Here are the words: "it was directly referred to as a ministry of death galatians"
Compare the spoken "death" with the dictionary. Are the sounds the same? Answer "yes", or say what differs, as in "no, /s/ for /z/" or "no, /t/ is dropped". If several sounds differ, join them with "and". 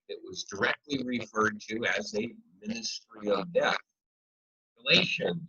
yes